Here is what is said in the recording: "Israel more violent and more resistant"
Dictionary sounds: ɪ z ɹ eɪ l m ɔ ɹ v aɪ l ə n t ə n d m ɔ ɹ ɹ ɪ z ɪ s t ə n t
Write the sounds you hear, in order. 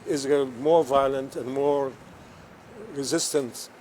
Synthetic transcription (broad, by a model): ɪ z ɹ m ɔ ɹ v aɪ l ə n t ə n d m ɔ ɹ ɹ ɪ z ɪ s t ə n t